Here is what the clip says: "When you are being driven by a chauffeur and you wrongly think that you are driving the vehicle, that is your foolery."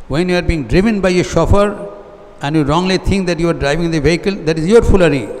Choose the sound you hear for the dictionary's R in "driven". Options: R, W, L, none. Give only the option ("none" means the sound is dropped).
R